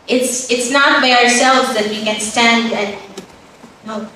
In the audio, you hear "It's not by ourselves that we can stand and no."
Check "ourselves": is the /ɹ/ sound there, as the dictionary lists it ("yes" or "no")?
yes